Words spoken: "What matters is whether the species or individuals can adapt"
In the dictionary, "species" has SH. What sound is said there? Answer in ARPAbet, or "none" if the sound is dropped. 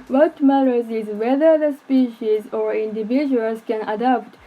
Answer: SH